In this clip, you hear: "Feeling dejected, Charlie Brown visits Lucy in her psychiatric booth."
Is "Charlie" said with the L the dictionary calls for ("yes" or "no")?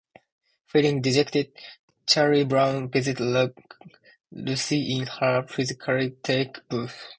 no